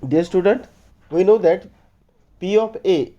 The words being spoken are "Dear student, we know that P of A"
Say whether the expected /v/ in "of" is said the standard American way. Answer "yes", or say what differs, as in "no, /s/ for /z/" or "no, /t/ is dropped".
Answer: no, /p/ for /v/